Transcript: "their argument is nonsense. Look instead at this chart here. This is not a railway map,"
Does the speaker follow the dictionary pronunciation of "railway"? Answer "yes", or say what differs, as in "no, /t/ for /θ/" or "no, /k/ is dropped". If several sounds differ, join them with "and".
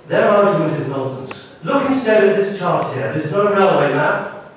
yes